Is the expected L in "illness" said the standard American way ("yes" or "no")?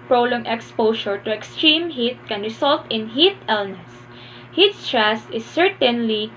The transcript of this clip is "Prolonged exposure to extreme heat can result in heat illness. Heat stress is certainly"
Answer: yes